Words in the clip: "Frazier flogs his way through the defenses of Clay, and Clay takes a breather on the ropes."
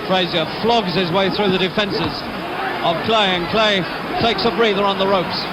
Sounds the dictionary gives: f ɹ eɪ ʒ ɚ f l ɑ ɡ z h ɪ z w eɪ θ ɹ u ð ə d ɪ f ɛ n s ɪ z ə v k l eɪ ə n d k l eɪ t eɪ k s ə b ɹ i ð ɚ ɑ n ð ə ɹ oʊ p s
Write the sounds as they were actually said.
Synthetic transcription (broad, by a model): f ɹ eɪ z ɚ f l ɑ ɡ z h ɪ z w eɪ θ ɹ u ð ə d ɪ f ɛ n s ɪ z ə v k l eɪ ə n k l eɪ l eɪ k s ə b ɹ i ð ɚ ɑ n ð ə ɹ oʊ p s